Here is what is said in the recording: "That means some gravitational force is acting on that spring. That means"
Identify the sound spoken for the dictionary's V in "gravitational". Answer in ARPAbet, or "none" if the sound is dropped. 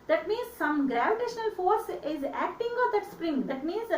V